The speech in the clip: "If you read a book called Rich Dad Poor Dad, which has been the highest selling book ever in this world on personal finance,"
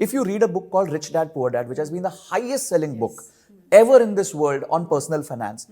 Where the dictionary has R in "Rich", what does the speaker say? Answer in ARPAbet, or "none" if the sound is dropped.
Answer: R